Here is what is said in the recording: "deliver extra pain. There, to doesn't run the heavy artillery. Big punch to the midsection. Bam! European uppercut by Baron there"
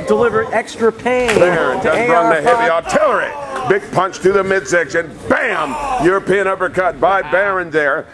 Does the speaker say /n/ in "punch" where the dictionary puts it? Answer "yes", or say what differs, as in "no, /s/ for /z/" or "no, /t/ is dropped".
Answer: yes